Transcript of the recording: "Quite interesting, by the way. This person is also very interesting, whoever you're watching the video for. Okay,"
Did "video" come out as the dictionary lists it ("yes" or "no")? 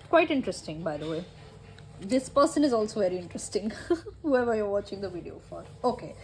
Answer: yes